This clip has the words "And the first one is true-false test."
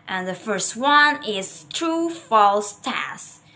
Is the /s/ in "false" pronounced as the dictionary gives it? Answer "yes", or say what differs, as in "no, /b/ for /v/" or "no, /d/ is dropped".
yes